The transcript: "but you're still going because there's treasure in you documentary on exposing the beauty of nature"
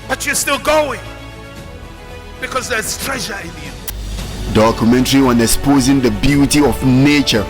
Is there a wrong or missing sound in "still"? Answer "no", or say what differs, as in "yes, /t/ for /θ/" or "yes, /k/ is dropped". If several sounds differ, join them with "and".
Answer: no